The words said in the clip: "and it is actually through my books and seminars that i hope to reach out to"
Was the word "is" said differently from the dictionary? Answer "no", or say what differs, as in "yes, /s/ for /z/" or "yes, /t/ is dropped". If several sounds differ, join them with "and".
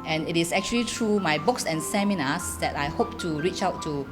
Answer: yes, /s/ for /z/